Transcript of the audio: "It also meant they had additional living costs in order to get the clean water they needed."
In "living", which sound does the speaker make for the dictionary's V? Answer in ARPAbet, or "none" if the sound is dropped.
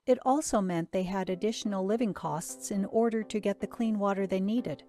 V